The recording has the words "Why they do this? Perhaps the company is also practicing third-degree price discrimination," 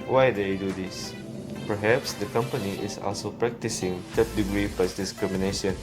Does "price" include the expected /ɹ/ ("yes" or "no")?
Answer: no